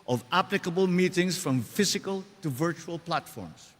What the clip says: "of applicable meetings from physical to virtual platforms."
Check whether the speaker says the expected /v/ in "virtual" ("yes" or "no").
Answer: yes